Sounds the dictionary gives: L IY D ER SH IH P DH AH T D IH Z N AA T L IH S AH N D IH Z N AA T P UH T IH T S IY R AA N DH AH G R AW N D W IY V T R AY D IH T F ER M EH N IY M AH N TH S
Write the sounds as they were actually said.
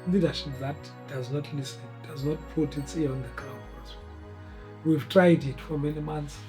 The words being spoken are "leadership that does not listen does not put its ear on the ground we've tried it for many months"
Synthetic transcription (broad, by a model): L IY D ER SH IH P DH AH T D IH Z N AA T L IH S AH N D IH Z N AA T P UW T IH T S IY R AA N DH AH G W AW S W W IY V T R AY D IH T F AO M EH N IY M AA N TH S